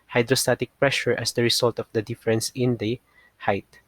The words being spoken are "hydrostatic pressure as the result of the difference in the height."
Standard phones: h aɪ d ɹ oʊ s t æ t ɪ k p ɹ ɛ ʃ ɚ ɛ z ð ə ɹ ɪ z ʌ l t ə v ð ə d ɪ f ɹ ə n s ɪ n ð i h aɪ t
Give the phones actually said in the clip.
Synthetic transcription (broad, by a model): h aɪ d ɹ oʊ s t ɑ t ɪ k p ɹ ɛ ʃ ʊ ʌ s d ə ɹ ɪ s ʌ l t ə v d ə d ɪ f ɹ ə n s ɪ n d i h aɪ t